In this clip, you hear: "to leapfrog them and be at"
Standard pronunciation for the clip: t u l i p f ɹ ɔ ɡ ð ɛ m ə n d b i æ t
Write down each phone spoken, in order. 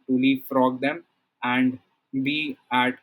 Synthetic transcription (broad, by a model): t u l i f ɹ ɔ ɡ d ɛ m ə n d b i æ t